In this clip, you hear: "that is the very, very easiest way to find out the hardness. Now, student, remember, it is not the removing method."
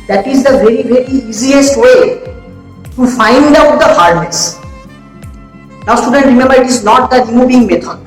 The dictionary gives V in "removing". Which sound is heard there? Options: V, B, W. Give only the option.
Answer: B